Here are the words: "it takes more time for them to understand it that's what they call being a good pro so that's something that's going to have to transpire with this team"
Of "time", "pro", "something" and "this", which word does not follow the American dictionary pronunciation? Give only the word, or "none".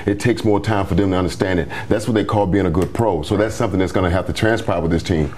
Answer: none